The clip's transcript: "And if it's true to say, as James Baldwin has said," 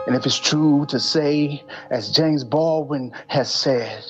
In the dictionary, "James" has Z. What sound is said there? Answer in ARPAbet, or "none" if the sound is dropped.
Z